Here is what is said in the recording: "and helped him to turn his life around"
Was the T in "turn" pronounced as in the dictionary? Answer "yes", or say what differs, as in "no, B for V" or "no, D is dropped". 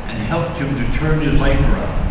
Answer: yes